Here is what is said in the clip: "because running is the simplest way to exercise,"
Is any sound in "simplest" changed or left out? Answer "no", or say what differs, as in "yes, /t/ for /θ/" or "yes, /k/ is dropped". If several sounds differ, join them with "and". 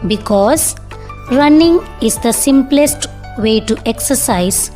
no